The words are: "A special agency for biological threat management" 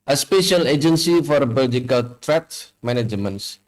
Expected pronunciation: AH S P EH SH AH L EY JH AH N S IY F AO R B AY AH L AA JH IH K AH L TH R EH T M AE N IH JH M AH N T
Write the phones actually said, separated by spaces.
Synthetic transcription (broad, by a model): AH S P EH SH AH L EY JH AH N S IY F AO R B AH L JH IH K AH L T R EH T M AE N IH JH M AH N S